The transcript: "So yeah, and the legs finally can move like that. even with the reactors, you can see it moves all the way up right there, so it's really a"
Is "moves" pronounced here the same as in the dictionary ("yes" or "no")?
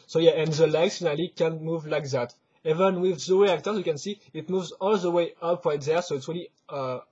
yes